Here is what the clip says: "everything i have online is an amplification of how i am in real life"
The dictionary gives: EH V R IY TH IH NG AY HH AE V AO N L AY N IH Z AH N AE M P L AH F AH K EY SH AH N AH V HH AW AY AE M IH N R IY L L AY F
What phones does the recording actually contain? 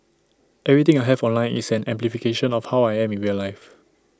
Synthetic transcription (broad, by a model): EH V R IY T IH NG AY HH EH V AO N L AY N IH S AH N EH M P L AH F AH K EY SH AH N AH F HH AW AY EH M IH N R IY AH L AY F